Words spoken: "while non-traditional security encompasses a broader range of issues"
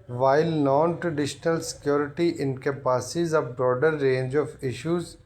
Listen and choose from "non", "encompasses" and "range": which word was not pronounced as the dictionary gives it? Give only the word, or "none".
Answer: encompasses